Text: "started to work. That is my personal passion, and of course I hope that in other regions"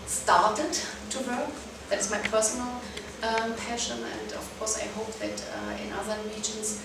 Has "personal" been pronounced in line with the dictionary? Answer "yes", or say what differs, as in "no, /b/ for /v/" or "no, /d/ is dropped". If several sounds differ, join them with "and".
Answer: yes